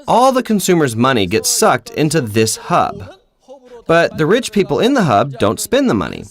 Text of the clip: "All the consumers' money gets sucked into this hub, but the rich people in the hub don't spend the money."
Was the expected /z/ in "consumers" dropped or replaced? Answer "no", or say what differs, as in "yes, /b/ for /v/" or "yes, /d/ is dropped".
no